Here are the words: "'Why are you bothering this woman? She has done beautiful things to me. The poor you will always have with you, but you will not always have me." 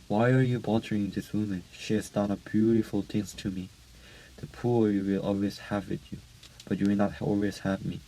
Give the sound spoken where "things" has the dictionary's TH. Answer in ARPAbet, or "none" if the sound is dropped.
T